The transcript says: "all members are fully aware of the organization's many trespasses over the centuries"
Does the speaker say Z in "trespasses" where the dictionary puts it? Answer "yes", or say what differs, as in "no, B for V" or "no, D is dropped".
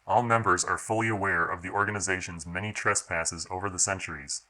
yes